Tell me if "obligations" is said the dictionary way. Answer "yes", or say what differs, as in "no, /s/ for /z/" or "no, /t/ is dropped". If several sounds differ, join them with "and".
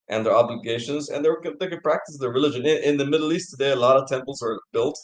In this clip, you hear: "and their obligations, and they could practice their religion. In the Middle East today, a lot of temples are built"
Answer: yes